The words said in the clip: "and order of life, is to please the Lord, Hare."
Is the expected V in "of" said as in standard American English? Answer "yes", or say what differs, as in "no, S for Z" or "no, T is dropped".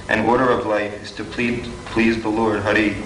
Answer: yes